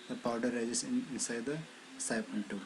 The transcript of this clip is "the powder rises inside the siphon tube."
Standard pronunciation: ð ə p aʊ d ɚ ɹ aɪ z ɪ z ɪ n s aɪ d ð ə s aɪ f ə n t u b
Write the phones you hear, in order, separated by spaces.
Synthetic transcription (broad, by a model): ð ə p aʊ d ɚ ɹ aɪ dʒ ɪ s ɪ n s aɪ d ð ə s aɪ p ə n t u